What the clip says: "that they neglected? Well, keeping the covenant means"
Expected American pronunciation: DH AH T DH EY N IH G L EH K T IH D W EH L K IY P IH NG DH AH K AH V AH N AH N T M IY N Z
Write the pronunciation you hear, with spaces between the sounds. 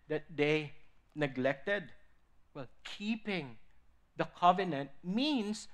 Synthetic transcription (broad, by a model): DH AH T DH EY N IH G L EH K T IH D W EH L K IY P IH NG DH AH K AH V AH N AH N T M IY N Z